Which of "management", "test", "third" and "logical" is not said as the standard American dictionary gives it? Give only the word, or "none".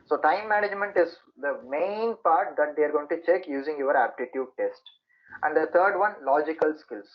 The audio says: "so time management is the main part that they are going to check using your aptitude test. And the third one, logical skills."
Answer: third